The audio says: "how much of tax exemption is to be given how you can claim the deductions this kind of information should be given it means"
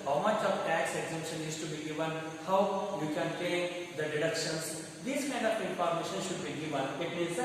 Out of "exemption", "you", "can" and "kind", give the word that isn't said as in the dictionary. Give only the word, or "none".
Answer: none